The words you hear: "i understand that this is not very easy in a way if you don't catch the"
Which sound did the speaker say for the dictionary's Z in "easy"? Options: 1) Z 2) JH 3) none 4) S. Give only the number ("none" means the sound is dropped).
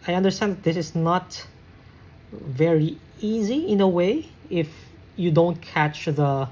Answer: 1